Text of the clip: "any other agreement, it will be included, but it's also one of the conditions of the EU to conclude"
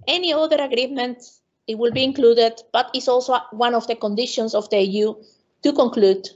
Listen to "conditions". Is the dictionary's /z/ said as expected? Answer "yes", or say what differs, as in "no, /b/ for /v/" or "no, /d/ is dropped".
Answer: no, /s/ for /z/